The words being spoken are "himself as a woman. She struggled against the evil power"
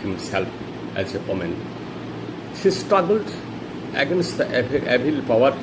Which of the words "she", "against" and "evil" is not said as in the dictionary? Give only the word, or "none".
evil